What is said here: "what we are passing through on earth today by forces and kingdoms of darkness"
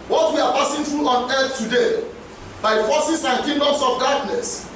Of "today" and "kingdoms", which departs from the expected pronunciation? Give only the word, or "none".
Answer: kingdoms